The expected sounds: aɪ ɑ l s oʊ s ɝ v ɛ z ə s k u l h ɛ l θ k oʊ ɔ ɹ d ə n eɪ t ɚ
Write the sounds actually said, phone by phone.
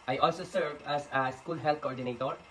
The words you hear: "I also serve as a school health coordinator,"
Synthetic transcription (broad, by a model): aɪ ɑ l s oʊ s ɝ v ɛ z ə s k u l h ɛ l t k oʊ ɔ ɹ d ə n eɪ t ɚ